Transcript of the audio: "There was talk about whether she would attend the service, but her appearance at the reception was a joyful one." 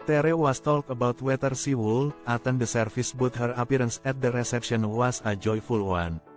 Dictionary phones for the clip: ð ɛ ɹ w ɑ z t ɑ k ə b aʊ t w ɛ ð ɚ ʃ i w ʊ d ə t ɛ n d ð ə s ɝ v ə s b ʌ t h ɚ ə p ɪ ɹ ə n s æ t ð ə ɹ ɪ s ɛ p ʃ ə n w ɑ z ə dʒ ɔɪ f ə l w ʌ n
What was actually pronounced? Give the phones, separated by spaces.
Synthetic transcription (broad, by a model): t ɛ ɹ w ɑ s t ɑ k ə b aʊ t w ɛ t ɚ s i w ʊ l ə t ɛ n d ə s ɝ f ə s b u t h ɚ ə p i ɹ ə n s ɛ t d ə ɹ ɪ s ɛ p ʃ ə n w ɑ s ə dʒ ɔɪ f ə l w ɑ n